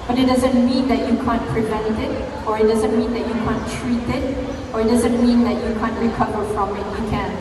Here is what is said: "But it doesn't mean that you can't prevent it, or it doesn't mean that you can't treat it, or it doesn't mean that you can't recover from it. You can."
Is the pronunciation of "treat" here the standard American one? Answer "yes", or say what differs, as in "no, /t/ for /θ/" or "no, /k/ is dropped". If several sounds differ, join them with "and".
yes